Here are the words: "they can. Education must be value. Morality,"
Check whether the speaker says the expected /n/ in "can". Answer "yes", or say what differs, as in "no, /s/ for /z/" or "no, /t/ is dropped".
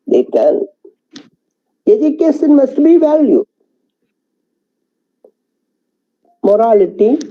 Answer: no, /l/ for /n/